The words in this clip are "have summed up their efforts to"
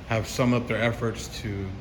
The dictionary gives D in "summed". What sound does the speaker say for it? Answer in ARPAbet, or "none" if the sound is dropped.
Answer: none